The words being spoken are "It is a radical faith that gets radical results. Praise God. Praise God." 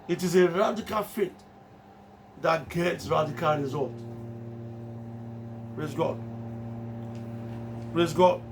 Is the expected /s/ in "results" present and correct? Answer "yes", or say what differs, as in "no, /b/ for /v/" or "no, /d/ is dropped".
no, /s/ is dropped